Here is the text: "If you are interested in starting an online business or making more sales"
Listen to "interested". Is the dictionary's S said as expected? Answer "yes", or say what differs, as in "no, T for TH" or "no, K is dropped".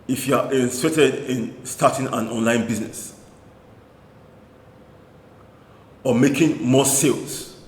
no, S is dropped